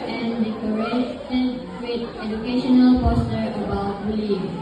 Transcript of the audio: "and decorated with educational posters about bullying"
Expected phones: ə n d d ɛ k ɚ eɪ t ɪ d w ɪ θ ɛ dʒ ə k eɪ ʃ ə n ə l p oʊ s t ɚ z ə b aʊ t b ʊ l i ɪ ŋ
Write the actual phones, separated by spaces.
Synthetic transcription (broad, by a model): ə n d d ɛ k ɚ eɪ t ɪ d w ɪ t ɛ dʒ ə k eɪ ʃ ə n ə l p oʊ s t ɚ ə b aʊ t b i l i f